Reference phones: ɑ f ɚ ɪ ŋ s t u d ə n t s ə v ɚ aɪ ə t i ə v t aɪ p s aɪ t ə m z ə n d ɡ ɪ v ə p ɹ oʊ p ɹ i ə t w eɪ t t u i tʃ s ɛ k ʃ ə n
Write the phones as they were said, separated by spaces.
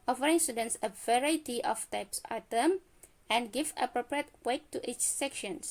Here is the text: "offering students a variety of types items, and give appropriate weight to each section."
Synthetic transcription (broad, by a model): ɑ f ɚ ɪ ŋ s t u d ə n t s ə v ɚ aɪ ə t i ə f t aɪ p s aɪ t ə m ə n ɡ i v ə p ɹ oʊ p ɹ i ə t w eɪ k t u i tʃ s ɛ k ʃ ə n